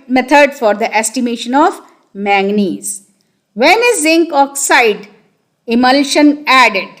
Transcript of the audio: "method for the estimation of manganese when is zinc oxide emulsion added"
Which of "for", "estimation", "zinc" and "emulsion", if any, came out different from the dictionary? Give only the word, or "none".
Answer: none